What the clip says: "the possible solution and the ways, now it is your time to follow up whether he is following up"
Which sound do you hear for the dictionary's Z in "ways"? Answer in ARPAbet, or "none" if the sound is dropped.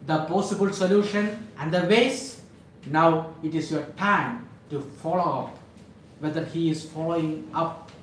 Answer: S